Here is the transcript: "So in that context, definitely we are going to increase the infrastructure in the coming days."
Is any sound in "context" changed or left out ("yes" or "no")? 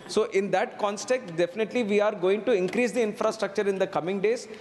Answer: yes